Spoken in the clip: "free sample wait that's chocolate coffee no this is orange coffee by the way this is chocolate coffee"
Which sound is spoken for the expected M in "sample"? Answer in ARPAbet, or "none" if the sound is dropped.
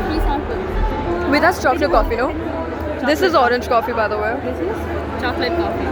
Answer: none